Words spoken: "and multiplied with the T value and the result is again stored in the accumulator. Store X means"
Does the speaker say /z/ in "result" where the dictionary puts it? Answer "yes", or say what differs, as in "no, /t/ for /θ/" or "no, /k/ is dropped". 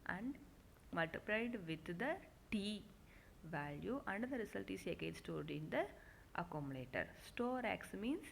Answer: no, /s/ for /z/